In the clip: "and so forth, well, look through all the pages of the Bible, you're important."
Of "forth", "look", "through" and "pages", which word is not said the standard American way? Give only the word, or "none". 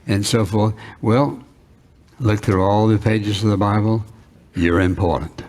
none